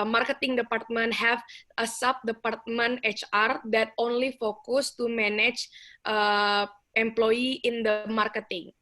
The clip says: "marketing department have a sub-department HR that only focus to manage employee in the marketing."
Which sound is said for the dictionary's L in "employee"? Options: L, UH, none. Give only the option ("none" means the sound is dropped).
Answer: L